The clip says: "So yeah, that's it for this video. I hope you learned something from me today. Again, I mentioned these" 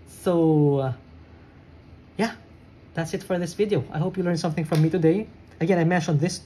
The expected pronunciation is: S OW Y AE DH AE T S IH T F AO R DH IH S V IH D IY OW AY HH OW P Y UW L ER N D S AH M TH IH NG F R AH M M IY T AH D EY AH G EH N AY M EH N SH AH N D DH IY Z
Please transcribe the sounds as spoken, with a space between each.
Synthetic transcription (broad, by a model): S OW Y AE DH AE T S IH T F AO R DH IH S V IH D IY OW AY HH OW P Y UW L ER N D S AH M TH IH NG F R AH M M IY T AH D EY AH G EH N AY M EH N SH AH N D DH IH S